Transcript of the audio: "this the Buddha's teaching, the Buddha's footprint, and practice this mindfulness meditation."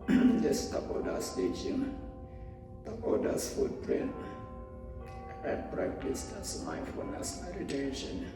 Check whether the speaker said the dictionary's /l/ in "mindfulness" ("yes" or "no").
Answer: no